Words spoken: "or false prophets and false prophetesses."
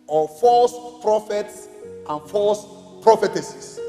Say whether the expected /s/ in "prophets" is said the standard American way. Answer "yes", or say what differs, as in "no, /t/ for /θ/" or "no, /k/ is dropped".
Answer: yes